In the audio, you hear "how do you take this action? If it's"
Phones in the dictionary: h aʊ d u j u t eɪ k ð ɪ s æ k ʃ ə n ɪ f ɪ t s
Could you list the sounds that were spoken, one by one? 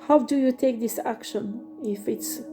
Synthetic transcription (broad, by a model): h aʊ d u j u t eɪ k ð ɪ s æ k ʃ ə n ɪ f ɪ t s